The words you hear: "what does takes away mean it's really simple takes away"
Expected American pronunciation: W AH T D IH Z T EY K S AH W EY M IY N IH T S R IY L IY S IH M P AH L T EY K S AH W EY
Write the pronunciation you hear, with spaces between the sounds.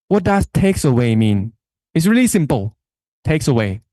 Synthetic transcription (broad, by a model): W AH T D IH S T EY K S AH W EY M IY N IH T S R IY L IY S IH M P AH L T EY K S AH W EY